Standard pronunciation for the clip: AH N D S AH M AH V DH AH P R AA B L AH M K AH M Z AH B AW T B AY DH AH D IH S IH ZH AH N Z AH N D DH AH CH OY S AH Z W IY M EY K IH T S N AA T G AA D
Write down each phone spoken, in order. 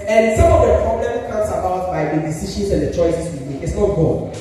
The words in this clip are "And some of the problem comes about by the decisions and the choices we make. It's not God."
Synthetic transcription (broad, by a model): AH N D S AH M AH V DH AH P R AA B L AH M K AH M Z AH B AW T B AY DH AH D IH S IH SH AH N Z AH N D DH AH CH OY S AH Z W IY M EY IH T S N AA T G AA